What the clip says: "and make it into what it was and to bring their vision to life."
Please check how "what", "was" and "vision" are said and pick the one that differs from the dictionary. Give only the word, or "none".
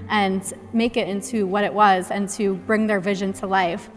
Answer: none